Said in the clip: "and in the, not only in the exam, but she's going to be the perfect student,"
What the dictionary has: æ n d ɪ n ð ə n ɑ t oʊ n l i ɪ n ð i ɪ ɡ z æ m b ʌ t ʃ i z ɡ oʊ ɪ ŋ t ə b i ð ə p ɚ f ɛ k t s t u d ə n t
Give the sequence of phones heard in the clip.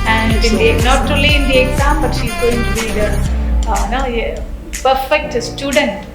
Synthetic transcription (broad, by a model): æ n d ɪ n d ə n ɑ t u l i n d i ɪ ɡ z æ m b ʌ t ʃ i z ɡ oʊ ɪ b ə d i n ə p ɚ f ɛ k t s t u d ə n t